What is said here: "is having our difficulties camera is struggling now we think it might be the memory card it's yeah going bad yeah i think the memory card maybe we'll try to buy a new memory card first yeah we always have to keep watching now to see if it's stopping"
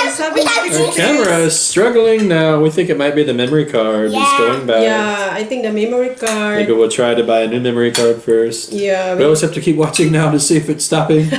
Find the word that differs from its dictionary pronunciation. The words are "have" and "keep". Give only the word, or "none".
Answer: have